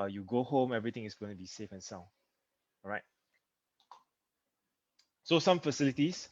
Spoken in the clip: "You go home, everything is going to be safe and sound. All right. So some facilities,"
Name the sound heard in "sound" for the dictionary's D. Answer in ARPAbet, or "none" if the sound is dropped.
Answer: none